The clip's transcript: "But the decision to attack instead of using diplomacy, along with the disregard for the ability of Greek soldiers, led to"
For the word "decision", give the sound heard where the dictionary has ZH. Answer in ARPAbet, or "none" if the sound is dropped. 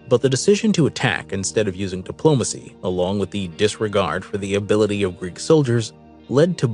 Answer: ZH